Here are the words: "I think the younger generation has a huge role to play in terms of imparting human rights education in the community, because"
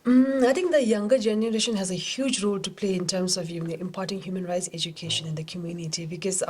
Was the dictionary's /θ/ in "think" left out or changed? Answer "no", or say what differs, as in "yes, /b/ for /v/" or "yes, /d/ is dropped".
yes, /t/ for /θ/